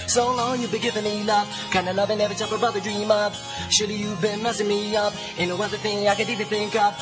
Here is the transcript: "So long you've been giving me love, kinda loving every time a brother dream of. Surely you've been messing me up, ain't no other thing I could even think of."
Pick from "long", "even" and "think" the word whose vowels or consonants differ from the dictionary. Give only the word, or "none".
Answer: none